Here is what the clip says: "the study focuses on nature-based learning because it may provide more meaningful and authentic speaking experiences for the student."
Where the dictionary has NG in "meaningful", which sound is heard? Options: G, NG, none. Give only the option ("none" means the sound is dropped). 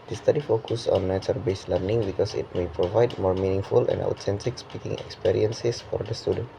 NG